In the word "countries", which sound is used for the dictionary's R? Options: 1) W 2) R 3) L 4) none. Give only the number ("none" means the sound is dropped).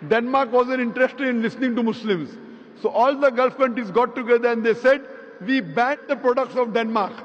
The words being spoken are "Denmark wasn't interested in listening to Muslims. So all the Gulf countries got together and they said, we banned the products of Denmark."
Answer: 4